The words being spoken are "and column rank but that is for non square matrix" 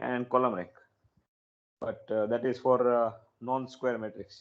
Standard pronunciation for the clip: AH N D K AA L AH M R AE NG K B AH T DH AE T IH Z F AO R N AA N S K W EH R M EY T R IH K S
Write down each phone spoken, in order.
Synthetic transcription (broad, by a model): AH N D K AA L AH M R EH K B AH T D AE T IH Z F AO R N AA N S K W EH R M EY T R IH K S